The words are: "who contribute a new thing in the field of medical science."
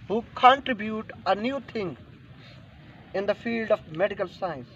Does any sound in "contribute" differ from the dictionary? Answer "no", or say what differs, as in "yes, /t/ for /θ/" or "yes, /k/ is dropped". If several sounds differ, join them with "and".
no